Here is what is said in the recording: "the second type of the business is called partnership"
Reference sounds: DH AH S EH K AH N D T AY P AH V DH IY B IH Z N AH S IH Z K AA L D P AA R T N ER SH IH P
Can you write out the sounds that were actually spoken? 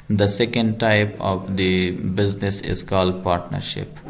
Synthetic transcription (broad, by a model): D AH S EH K AH N D T AY P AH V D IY B IH Z N AH S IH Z K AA L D P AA R T N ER SH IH P